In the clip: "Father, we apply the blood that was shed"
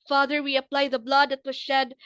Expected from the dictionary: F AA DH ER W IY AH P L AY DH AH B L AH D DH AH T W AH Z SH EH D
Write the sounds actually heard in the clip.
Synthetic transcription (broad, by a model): F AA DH ER W IY AH P L AY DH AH B L AH D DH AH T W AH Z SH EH D